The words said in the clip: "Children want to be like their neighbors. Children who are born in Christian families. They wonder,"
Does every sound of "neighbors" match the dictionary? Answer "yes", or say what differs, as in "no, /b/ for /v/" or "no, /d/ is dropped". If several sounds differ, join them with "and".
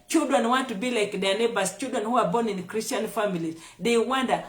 no, /s/ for /z/